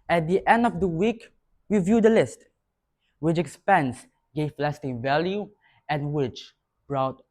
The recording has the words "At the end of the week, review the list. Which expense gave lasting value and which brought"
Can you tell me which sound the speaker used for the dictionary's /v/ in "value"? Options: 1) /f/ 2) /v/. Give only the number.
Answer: 2